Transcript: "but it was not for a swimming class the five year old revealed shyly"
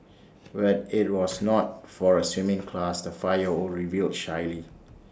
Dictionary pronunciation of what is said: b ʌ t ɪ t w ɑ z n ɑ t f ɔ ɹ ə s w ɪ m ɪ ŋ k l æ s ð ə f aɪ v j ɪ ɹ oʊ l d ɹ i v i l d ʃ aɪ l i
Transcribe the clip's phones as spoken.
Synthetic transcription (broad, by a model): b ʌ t ɪ t w ɑ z n ɑ t f ɔ ɹ ə s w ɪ m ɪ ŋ k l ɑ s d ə f aɪ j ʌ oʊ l ɹ i v i l d ʃ aɪ l i